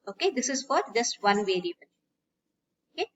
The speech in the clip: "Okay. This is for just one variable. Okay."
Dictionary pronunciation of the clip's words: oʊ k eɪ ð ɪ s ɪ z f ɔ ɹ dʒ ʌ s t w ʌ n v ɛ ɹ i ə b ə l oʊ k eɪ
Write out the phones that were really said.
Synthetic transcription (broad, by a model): oʊ k eɪ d ɪ s ɪ z f ɔ ɹ dʒ ʌ s t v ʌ n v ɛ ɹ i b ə n oʊ k eɪ